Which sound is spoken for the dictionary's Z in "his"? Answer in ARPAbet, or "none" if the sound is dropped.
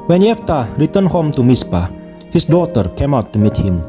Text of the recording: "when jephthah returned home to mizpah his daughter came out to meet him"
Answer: S